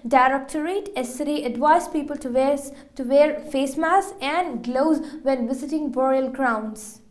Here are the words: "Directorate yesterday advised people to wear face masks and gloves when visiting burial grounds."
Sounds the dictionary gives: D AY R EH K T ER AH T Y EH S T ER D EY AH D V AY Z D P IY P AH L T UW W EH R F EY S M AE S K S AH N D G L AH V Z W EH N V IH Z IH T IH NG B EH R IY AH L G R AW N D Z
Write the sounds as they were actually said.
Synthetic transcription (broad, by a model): D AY R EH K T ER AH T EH S S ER D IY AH D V AY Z P IY P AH L T UW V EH R F EY S M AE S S AH N D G L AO Z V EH N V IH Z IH T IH NG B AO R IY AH L G R AW N D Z